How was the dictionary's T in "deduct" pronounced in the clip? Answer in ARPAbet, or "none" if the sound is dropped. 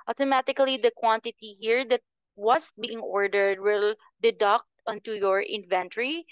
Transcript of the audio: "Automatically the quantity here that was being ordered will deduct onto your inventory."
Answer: T